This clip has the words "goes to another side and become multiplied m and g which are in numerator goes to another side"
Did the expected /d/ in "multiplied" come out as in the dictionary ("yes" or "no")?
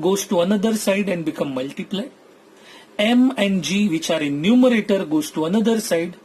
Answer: no